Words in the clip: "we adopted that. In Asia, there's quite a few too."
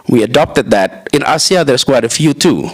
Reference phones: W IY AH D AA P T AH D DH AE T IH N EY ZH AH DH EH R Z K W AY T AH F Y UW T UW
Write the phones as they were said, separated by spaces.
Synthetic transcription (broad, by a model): W IY AH D AA P T AH D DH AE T IH N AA S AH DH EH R S K W AY T AH F Y UW T UW